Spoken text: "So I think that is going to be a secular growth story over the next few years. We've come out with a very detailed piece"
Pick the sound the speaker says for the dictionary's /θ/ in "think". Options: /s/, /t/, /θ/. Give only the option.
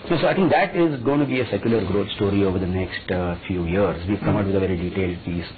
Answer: /t/